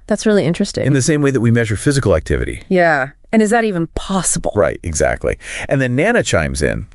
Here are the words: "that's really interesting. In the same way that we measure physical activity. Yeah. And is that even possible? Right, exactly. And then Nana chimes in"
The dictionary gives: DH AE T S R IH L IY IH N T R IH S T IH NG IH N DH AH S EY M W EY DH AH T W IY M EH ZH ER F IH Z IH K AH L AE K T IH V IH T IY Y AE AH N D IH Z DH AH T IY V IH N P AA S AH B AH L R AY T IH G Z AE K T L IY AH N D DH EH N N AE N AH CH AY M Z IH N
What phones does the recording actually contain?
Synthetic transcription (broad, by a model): DH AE T S R IH L IY IH N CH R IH S T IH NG N DH AH S EY M W EY DH AH T W IY M EH ZH ER F IH Z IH K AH L AE K T IH V IH T IY Y AE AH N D IH Z DH AH T IY V IH N P AA S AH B L R AY T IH G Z AE K T L IY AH N DH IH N N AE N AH CH AY M Z IH N